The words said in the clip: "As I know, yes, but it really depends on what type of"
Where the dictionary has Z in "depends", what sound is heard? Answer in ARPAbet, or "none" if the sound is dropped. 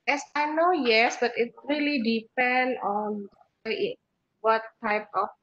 none